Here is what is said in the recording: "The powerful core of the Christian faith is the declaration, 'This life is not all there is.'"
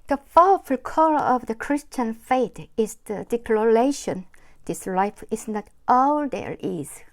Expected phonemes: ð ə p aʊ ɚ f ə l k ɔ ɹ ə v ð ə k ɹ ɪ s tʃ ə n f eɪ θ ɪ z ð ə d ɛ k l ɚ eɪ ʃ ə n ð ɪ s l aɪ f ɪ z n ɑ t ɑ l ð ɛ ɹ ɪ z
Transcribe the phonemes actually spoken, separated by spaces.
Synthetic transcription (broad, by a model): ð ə f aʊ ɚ f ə l k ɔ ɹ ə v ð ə k ɹ ɪ s tʃ ə n f eɪ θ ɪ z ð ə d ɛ k l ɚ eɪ ʃ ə n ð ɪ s l aɪ f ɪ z n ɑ t ɑ l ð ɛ ɹ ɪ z